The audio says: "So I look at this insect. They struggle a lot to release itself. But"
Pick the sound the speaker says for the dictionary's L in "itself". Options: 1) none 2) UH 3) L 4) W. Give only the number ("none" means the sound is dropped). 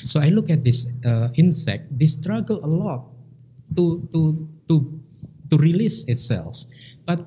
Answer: 3